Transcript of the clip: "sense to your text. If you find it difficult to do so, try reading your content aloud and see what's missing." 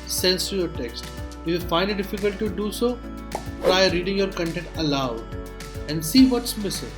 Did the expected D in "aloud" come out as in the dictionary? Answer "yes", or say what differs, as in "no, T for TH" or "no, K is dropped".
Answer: no, D is dropped